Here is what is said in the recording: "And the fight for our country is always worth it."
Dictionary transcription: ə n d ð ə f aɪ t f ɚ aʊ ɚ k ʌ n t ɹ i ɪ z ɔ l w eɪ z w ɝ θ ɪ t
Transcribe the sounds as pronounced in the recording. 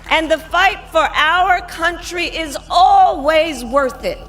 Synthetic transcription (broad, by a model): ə n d ð ə f aɪ t f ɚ aʊ ɚ k ʌ n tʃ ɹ i ɪ z ɔ l w eɪ z w ɝ θ ɪ t